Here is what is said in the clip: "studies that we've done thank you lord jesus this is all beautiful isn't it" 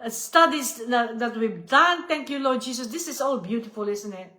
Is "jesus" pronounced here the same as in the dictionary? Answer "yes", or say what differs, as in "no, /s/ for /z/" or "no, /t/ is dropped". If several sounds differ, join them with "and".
no, /s/ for /z/